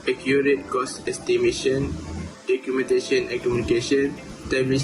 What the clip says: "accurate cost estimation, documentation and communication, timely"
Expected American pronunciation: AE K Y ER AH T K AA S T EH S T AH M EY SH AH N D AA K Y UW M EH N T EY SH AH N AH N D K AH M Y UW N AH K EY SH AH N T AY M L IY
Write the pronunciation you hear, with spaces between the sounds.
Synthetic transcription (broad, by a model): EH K Y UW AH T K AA S EH S T AH M EY SH AH N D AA K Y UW M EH N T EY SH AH N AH K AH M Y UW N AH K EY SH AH N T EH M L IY